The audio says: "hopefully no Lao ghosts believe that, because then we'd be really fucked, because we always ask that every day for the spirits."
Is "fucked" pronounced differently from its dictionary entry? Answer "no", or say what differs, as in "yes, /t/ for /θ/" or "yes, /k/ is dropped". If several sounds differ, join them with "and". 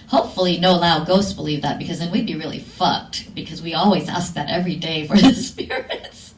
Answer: no